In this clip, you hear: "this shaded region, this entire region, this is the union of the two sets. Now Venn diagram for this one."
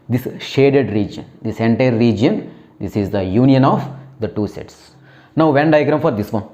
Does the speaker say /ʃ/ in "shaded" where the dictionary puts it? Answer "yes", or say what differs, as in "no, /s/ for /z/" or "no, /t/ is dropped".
yes